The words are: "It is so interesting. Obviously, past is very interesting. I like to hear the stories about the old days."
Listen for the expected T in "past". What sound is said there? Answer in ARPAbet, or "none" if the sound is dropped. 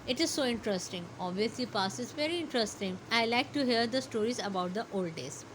none